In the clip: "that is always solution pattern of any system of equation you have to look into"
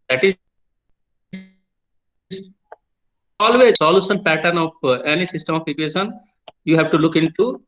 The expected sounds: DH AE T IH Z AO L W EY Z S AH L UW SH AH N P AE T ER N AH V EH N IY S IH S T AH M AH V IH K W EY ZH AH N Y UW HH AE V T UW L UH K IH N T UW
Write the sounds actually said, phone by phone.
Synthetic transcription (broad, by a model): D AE T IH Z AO L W EY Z S AH L UW SH AH N P AE T ER N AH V EH N IY S IH S T AH M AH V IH K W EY SH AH N Y UW HH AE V T UW L UH K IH N T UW